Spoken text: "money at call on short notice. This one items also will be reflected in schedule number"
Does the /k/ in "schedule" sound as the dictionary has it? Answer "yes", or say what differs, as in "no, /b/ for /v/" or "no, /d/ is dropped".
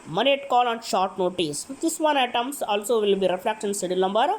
no, /k/ is dropped